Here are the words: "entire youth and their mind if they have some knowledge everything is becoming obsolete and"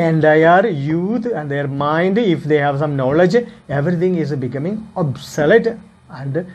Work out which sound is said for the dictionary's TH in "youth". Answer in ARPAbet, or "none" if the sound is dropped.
T